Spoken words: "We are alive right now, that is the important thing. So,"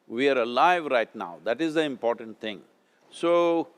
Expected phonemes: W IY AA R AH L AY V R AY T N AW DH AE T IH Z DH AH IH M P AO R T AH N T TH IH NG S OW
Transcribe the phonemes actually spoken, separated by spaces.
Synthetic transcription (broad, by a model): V IY AA R AH L AY V R AY T N AW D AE T IH Z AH IH M P AO R T AH N T T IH NG S OW